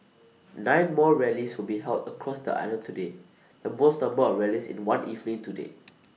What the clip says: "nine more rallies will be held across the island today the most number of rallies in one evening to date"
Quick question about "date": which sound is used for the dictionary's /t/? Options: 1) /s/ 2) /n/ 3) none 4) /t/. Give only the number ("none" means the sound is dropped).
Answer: 3